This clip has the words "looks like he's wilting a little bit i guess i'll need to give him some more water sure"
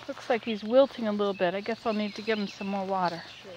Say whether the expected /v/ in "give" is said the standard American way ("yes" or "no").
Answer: yes